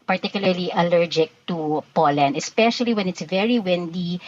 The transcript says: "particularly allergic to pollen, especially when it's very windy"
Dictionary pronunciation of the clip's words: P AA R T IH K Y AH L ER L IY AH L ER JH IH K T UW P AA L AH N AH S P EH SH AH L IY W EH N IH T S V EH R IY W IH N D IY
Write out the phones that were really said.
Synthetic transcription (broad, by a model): P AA R T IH K Y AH L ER L IY AH L ER JH IH K T UW P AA L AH N AH S P EH SH AH L IY W EH N IH T S V EH R IY W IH N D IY